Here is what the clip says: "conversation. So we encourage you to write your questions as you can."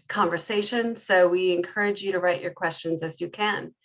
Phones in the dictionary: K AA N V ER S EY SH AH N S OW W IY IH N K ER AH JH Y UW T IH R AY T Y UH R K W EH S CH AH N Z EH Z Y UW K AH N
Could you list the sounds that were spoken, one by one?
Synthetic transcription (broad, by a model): K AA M V ER S EY SH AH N S OW W IY IH N K ER AH JH Y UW T IH R AY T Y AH R K W EH S CH AH N Z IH Z Y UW K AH N